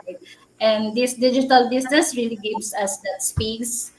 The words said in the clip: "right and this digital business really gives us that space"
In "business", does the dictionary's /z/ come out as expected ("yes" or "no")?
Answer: no